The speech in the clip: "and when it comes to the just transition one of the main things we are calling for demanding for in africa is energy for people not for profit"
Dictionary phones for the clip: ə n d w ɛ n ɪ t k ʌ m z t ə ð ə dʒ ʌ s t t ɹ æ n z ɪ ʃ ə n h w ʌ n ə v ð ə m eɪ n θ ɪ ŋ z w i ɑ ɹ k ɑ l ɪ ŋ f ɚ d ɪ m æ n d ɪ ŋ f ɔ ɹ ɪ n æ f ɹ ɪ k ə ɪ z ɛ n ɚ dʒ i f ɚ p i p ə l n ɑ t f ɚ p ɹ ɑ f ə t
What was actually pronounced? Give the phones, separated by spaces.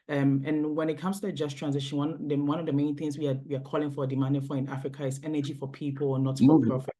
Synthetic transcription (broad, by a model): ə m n w ɛ n ɪ t k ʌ m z t ə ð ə dʒ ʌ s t t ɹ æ n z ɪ ʃ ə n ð w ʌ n ə v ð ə m eɪ n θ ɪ ŋ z w i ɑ w k ɑ l ɪ ŋ f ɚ d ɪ m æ n d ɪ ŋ f ɔ ɹ ɪ n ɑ f ɹ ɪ k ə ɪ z ɛ n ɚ dʒ i f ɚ p i p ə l n ɑ t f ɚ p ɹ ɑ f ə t